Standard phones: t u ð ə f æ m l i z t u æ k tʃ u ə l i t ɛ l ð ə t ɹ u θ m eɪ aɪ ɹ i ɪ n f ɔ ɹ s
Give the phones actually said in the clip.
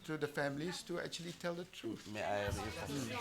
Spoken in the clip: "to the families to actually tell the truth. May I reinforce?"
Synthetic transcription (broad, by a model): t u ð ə f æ m l i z t u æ k tʃ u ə l i t ɛ l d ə t ɹ u θ m eɪ aɪ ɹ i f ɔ